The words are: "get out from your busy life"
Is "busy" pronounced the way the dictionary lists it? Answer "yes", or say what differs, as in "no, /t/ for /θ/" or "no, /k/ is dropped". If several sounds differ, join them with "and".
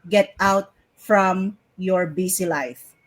no, /s/ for /z/